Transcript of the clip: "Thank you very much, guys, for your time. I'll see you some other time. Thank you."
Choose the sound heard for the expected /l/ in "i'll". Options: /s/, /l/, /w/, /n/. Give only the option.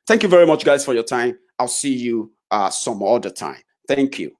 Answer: /l/